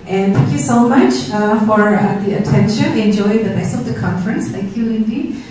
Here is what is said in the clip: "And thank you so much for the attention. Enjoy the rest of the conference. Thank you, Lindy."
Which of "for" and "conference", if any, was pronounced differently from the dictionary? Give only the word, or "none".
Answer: none